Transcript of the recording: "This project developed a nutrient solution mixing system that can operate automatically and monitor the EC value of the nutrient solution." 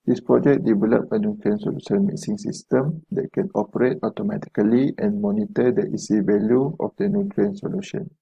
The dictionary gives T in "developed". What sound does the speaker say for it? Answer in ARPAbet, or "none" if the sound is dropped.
none